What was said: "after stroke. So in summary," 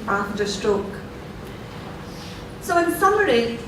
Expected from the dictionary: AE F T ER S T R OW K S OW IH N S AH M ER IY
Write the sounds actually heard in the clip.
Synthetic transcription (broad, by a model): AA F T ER S T R OW K S OW IH N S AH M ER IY